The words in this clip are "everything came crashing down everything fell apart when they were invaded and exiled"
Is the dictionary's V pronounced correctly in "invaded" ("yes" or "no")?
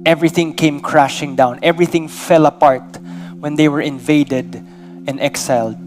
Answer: yes